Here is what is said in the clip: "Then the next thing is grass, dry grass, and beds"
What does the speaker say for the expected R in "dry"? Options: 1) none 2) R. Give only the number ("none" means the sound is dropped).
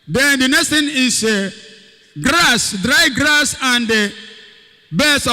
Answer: 2